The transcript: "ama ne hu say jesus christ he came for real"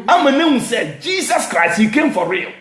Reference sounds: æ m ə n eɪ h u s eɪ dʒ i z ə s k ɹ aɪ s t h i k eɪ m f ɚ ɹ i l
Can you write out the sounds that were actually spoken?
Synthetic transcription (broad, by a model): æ m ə n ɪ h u s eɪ dʒ i s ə s k ɹ aɪ s t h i k eɪ m f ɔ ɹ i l